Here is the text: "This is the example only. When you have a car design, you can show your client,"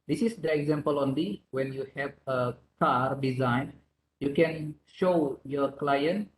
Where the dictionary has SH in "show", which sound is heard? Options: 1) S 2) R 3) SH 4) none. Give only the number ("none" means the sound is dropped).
3